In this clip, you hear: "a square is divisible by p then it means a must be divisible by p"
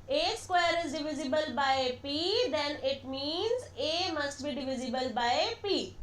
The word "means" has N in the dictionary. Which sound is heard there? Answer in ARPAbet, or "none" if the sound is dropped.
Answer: N